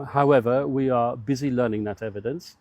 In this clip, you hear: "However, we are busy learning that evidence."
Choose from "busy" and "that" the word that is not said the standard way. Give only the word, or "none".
none